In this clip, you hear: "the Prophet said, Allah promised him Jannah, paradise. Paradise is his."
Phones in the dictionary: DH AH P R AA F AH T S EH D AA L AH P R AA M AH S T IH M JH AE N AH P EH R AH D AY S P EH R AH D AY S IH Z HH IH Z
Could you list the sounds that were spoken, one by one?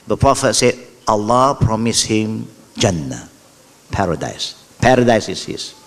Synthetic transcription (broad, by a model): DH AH P R AA F AH T S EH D AA L AH P R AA M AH S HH IH M JH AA N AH P EH R AH D AY S P EH R AH D AY S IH S HH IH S